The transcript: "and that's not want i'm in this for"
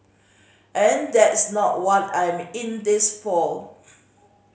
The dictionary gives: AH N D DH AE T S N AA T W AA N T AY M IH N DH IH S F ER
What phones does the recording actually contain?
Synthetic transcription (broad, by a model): AH N D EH T S N AA T W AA T AY M IH N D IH S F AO